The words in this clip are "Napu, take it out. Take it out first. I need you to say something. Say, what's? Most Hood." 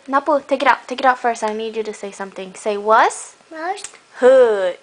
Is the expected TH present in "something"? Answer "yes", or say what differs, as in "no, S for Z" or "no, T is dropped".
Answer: no, T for TH